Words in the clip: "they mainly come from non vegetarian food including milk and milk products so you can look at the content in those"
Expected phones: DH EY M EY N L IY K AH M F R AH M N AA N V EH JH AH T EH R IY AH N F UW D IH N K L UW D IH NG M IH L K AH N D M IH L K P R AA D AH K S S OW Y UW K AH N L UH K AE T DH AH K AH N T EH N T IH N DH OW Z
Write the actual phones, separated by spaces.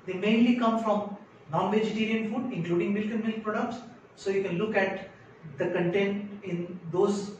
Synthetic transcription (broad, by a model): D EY M EY N L IY K AH M F R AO M N AA N V EH JH AH T EH R IY AH N F UW D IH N K L UW D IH NG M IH L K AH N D M IH L K P R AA D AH K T S OW Y UW K AH N L UH K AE T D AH K AH N T EH N T IH N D OW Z